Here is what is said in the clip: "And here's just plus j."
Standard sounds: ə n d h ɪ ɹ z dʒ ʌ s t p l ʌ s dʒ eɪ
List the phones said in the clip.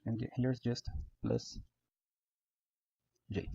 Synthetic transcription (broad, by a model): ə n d h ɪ ɹ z dʒ ʌ s t b l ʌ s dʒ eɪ